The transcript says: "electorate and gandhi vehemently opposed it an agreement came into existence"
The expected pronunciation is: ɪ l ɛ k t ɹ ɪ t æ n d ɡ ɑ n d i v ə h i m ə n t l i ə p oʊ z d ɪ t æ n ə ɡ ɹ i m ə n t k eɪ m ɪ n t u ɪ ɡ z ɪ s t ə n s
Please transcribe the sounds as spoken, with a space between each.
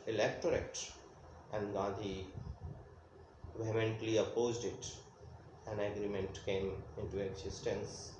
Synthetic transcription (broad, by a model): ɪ l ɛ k t ɹ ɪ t æ n d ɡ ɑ d i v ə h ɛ m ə n t l i ə p oʊ z d ɪ t æ n ə ɡ ɹ i m ə n t k eɪ m ɪ n t u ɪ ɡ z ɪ s t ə n s